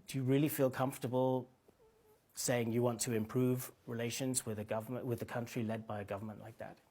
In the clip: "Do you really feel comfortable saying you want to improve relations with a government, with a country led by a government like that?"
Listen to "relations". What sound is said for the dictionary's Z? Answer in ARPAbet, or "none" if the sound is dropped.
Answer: Z